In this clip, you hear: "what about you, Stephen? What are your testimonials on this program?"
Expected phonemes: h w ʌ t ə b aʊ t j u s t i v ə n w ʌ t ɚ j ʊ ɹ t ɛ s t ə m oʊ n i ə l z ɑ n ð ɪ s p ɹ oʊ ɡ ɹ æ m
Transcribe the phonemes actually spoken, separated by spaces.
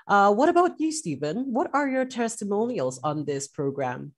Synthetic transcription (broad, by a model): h w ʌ t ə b aʊ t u s t i v ə n w ʌ t ɚ j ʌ ɹ t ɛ s t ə m oʊ n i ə l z n ð ɪ s p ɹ oʊ ɡ ɹ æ m